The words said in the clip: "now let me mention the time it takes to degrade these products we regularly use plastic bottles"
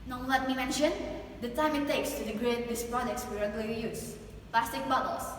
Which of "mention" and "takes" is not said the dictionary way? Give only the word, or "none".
none